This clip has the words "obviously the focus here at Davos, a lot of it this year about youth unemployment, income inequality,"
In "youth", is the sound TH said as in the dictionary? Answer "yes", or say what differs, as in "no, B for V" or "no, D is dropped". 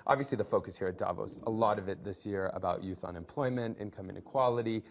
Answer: yes